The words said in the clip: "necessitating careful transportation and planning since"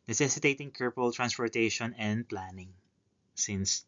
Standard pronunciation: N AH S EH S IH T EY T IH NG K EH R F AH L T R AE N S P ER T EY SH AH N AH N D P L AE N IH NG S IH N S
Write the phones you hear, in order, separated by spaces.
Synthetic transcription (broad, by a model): N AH S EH S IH T EY T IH NG K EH R P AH L T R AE N S P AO T EY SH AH N AH N D P L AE N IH NG S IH N S